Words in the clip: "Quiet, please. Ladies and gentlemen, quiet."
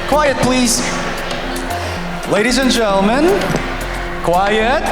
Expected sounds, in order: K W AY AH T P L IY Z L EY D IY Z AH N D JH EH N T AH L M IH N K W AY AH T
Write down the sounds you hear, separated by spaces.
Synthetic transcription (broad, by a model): K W AY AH T P L IY Z L EY D IY Z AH N JH EH N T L M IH N K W AY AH T